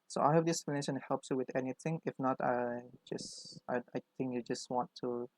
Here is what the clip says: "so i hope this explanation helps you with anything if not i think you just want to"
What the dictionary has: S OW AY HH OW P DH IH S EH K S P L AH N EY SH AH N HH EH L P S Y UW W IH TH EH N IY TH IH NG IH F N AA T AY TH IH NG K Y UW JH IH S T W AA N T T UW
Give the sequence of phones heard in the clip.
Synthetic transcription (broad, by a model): S OW AY HH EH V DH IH EH K S P L AH N EY SH AH N HH EH L P S Y UW W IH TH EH N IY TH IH NG IH F N AA T AY S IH NG K Y UW JH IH S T W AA N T T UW